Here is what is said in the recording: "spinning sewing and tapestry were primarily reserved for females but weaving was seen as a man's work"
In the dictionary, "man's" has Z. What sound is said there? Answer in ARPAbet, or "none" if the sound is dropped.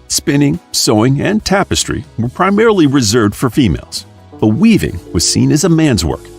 Z